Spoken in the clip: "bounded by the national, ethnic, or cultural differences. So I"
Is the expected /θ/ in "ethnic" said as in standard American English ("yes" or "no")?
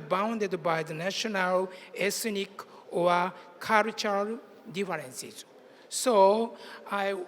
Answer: no